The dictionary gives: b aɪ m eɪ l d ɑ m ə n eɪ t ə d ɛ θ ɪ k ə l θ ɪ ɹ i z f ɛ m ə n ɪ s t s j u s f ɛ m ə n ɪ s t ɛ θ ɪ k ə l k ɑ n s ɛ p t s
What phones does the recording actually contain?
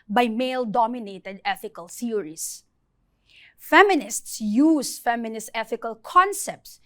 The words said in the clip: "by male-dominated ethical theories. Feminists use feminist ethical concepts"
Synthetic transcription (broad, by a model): b aɪ m eɪ l d ɑ m ə n eɪ t ə d ɛ θ ɪ k ə l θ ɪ ɹ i s f ɛ m ə n ɪ s t s j u s f ɛ m ə n ɪ s t ɛ θ ɪ k ə l k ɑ n s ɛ p t s